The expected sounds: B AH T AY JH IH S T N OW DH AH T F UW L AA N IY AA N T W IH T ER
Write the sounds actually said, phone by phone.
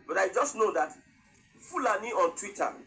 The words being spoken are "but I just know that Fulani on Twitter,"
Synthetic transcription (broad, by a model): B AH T AY JH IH S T N OW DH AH T F UW L AA N IY AA N T W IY T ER